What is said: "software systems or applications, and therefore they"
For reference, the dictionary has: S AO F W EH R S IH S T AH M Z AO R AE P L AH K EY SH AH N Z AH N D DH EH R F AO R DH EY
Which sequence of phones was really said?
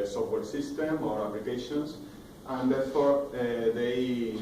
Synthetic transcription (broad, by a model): S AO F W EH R S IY S T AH M AO R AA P L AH K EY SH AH N S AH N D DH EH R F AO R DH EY